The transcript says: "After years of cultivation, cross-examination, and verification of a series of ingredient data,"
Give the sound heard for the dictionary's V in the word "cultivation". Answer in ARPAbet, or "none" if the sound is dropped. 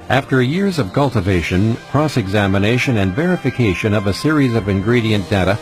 V